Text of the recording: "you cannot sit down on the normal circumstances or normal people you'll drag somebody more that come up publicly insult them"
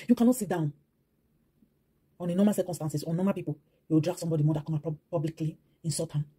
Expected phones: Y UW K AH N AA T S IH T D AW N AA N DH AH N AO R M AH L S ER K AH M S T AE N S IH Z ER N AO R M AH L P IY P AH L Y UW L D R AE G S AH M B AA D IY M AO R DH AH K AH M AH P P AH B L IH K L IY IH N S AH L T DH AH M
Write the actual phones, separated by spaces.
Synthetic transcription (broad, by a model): Y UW K AH N AA T S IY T D AW N AA N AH N AO M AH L S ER K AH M S T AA N S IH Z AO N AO M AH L P IY P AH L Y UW W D R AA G S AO M B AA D IY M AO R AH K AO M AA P P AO B L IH K L IY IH N S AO T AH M